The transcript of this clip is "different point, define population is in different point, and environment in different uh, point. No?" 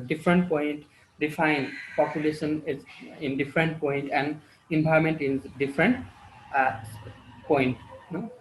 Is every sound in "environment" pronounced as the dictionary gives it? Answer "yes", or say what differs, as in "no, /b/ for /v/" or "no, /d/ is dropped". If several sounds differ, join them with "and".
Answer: no, /b/ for /v/